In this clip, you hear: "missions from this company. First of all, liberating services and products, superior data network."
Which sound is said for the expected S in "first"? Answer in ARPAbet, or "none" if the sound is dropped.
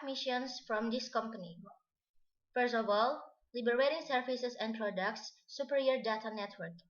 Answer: S